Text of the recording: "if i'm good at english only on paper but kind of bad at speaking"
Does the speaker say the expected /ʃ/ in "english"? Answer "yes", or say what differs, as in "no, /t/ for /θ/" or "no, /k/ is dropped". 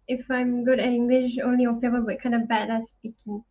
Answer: yes